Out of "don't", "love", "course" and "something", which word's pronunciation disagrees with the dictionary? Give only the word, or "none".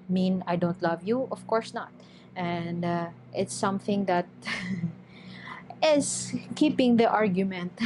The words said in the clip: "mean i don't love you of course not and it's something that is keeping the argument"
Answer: none